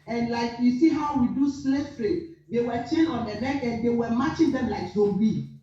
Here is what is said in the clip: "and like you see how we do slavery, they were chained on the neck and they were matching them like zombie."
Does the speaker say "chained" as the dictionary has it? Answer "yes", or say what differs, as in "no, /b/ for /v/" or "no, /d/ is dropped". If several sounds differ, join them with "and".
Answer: no, /d/ is dropped